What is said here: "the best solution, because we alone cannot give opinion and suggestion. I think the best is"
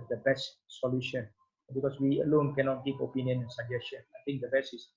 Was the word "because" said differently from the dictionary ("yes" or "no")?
yes